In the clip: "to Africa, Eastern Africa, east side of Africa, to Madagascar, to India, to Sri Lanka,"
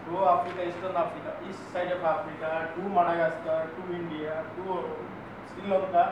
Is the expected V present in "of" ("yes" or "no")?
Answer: no